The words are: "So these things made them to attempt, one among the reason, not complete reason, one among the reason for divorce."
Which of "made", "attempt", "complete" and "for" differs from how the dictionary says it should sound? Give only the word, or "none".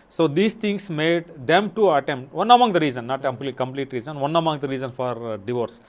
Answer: none